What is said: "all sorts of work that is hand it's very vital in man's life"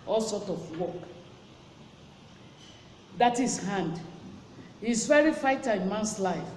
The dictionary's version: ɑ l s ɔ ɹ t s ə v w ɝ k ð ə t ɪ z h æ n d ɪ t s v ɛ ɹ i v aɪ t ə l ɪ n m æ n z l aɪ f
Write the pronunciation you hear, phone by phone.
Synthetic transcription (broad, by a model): ɑ l s ɔ t ə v w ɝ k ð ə t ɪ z h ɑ n d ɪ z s v ɛ ɹ i f aɪ t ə ɪ n m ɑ n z l aɪ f